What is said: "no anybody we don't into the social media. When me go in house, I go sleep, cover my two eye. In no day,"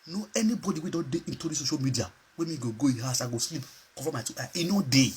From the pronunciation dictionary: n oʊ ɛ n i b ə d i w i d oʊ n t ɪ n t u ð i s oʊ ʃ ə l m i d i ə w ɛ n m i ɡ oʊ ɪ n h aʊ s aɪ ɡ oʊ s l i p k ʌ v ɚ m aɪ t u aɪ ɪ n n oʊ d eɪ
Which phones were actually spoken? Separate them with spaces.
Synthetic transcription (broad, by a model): n oʊ ɛ n i b ə d i w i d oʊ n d ɪ n t u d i s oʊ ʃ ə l m i d i ə w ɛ m i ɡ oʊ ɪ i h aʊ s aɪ ɡ oʊ s l i p k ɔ f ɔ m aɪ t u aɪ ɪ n n oʊ d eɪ